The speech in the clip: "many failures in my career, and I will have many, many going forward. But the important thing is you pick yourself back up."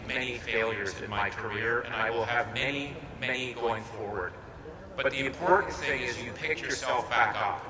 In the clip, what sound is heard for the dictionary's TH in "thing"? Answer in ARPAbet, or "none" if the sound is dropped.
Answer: TH